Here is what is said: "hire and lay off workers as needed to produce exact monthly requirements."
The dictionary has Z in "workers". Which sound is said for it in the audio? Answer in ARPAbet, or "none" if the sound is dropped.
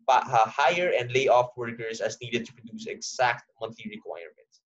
S